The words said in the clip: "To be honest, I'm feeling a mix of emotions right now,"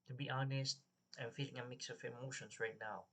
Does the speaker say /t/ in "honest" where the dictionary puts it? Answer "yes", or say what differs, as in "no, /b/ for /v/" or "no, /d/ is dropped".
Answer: yes